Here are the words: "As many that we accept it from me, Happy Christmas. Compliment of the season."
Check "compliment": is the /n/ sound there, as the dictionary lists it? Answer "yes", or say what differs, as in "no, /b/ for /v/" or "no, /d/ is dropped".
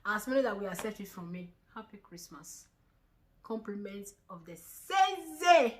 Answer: yes